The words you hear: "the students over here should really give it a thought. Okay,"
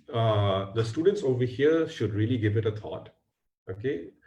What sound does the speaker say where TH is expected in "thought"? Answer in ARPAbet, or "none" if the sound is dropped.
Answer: T